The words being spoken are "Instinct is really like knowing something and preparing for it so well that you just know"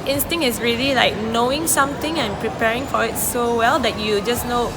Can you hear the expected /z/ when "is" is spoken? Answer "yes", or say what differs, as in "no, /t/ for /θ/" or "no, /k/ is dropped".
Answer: no, /s/ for /z/